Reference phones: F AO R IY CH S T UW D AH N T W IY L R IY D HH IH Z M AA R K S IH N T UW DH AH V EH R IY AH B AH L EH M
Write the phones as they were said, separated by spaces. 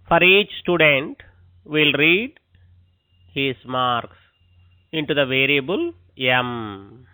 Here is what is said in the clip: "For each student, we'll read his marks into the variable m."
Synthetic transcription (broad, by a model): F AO R IY CH S T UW D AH N T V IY L R IY D HH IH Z M AA R K S IH N T UW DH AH V EH R IY AH B AH L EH M